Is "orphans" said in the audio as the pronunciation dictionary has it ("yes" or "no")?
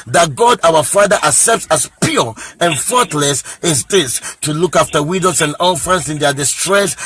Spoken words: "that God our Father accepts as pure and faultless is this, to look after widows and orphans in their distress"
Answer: no